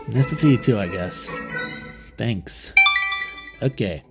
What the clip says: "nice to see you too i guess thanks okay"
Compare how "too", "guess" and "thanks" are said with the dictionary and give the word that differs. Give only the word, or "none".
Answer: none